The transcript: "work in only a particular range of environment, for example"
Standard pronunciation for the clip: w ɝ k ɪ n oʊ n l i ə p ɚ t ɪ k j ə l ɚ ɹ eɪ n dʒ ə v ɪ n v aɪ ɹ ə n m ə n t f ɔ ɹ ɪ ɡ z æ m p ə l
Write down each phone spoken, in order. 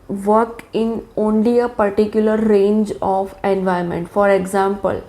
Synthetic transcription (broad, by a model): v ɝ k ɪ n oʊ n l i ə p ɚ t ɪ k j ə l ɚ ɹ eɪ n dʒ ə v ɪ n v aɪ ə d m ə n t f ɔ ɹ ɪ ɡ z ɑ m p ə l